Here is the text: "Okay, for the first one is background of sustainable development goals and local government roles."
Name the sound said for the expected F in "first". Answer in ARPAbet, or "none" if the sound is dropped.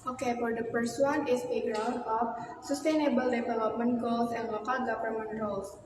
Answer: P